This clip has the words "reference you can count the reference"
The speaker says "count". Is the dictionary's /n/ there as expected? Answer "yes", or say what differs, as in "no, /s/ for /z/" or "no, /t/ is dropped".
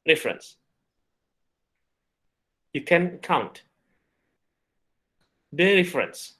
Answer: yes